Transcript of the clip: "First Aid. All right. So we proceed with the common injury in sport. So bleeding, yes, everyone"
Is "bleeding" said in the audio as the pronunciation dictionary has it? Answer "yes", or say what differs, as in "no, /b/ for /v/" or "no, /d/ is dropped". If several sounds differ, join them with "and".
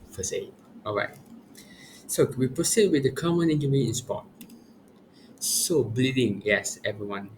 yes